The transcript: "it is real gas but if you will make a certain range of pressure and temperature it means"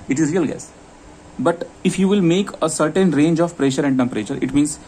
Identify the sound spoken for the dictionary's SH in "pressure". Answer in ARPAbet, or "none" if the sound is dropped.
SH